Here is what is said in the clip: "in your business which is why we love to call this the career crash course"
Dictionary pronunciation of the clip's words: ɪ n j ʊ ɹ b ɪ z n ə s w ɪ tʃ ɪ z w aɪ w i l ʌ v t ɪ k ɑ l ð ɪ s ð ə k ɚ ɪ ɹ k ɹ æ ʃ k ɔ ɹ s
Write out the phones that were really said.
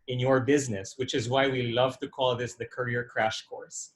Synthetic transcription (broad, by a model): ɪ n j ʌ ɹ b ɪ z n ə s w ɪ tʃ ɪ z w aɪ w i l ʌ v t ɪ k ɑ l ð ɪ s ð ə k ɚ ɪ ɹ k ɹ æ ʃ k ɔ ɹ s